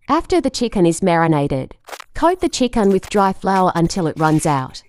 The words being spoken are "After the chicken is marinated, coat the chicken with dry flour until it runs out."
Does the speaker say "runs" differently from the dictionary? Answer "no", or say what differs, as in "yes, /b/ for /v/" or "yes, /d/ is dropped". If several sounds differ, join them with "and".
no